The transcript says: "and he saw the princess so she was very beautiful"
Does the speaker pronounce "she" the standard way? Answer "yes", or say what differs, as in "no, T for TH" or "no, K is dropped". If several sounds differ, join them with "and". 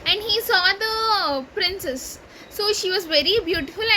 yes